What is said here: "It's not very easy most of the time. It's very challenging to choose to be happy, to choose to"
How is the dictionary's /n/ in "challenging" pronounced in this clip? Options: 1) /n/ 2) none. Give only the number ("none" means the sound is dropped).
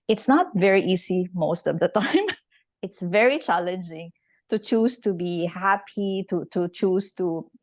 1